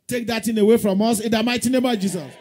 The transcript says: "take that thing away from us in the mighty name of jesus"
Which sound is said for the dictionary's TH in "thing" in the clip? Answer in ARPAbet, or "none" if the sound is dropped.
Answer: T